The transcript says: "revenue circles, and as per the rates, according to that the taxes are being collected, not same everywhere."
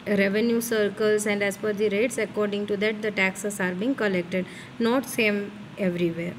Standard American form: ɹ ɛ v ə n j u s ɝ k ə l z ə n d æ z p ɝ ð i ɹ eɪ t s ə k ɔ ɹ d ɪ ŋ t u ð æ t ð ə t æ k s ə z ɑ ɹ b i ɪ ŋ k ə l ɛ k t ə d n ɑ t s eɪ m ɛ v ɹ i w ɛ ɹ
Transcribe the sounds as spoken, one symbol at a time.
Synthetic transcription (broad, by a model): ɹ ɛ v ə n j u s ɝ k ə l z ə n d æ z f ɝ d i ɹ eɪ t s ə k ɔ ɹ d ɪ ŋ t u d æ t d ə t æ k s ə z ɑ ɹ b i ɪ ŋ k ə l ɛ k t ə d n ɑ t s eɪ m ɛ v ɹ i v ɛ ɹ